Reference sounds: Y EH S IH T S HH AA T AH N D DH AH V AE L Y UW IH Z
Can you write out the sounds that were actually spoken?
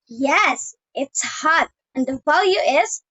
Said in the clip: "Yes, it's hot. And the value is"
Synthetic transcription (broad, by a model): Y EH S IH T S HH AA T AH N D DH AH V AE L Y UW IH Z